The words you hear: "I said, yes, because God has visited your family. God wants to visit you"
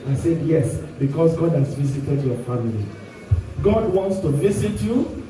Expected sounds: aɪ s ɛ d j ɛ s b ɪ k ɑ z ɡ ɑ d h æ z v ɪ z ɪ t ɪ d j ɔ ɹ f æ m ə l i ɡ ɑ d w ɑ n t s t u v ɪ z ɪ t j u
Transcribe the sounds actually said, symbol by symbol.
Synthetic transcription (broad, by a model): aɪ s ɛ d j ɛ s b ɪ k ɑ s ɡ ɑ d h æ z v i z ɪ t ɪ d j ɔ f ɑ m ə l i ɡ ɑ d w ɑ n t s t u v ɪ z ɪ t j u